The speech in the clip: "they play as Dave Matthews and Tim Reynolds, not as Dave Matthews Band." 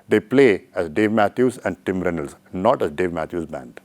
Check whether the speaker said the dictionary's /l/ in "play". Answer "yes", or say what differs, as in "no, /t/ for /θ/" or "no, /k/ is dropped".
yes